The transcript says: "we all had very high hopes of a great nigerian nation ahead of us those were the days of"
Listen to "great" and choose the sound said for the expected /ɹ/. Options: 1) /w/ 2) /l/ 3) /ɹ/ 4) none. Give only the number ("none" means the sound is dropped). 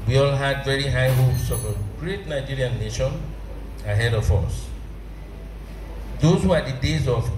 3